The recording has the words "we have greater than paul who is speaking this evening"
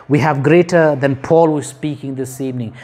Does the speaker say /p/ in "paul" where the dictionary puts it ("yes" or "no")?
yes